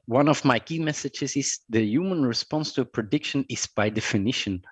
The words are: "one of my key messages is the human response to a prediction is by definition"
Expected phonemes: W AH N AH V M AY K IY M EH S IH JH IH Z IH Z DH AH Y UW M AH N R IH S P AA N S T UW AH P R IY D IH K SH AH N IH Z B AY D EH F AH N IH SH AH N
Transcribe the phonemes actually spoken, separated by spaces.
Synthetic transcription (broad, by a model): W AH N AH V M AY K IY M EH S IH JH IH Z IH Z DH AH Y UW M AH N R IH S P AA N S T UW AH P R IY D IH K SH AH N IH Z B AY D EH F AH N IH SH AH N